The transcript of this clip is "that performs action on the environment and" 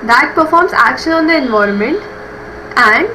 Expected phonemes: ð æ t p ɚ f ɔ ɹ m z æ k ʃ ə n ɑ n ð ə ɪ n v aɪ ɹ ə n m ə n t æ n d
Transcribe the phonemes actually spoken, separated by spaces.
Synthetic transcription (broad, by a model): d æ t p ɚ f ɔ ɹ m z æ k ʃ ə n ɑ n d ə ɪ n v aɪ ɹ ə n m ə n t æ n d